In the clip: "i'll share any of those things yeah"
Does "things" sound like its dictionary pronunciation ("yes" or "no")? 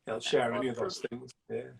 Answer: yes